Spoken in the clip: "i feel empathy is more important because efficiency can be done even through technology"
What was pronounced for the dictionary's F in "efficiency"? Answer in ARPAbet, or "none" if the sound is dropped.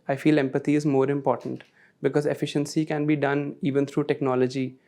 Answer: F